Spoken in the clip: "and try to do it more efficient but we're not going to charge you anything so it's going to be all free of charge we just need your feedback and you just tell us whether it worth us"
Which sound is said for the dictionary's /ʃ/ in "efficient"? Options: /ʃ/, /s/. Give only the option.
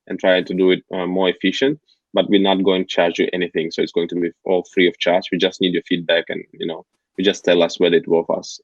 /ʃ/